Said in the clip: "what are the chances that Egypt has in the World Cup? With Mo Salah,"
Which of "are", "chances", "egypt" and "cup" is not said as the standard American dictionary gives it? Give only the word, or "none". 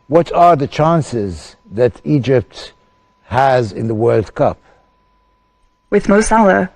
none